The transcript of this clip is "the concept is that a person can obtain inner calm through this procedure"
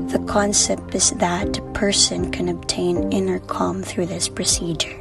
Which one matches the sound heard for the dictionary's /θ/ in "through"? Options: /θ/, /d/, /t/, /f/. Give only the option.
/θ/